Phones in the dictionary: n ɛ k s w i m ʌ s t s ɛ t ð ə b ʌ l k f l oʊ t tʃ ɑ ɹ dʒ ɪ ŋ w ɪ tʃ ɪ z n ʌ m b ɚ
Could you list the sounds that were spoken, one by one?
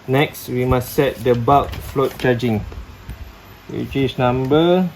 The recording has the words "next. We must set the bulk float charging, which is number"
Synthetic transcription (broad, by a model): n ɛ k s w i m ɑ s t s ɛ t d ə b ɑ k f l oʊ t tʃ ɑ dʒ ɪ ŋ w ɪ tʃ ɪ s n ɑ m b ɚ